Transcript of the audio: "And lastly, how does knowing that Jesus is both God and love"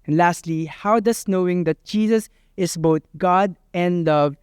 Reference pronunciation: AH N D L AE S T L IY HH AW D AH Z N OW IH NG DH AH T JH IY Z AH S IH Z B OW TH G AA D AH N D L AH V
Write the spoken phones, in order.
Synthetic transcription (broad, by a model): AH N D L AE S T L IY HH AW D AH S N OW IH NG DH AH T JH IY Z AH S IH S B OW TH G AA D AH N D L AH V